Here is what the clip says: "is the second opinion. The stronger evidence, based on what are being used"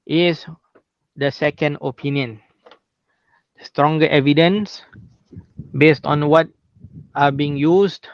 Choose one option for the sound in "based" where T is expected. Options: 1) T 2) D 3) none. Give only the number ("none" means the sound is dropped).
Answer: 1